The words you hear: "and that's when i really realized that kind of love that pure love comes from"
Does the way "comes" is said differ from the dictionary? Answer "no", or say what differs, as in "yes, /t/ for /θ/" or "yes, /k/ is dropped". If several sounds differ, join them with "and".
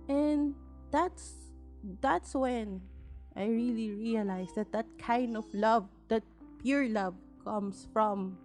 yes, /s/ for /z/